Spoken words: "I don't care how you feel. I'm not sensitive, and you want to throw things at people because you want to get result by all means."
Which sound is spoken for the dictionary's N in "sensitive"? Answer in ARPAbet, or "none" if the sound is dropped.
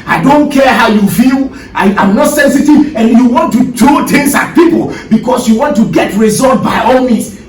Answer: N